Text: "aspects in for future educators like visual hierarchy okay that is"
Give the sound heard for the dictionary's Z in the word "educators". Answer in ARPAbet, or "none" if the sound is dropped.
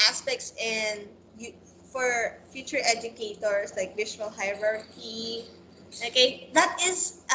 S